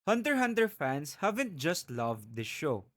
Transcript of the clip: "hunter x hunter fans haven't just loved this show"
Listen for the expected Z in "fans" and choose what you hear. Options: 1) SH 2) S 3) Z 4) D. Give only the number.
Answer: 2